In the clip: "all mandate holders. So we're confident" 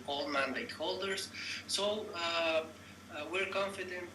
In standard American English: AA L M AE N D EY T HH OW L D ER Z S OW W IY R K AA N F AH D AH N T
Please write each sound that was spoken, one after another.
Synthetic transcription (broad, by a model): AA L M AE N D EY T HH OW L D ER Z S OW W IY R K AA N F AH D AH N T